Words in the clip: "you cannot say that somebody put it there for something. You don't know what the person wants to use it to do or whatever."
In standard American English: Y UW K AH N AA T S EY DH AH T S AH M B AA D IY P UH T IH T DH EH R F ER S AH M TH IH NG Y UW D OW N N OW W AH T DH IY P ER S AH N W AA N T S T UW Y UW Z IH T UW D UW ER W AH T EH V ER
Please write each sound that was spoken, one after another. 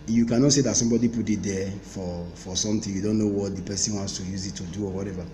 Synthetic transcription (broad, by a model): Y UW K AH N AA T S EY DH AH T S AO M B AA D IY P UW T IH T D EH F F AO S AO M T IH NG Y UW D OW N N OW W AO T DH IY P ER S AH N W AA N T S T UW Y UW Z IH T UW D UW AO W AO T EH V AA